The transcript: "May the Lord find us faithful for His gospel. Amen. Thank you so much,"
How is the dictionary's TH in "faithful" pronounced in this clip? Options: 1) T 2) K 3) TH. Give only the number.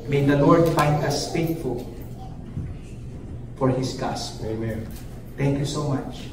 1